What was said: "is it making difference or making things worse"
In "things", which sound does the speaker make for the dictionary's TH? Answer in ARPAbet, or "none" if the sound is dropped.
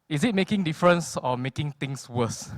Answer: T